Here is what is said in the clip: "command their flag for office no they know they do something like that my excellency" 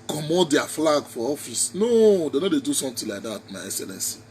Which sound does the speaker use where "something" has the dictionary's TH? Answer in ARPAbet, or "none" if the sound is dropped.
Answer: T